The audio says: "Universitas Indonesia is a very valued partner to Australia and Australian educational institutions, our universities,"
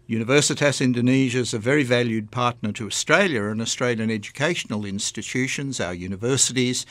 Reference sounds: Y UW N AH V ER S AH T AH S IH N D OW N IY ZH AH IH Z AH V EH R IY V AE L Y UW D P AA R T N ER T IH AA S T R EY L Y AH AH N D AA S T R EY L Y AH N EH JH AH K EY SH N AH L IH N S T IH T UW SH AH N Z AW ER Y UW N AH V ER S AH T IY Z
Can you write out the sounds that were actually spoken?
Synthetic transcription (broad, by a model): Y UW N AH V ER S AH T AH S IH N D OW N IY ZH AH IH Z AH V EH R IY V AE L Y UW D P AA R T N ER T IH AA S T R EY L Y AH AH N AA S T R EY L Y AH N EH JH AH K EY SH N L IH N S T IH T UW SH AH N Z AW ER Y UW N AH V ER S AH T IY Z